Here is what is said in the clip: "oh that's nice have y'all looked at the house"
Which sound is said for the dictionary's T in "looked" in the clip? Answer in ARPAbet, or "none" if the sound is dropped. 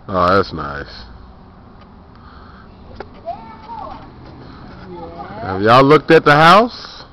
T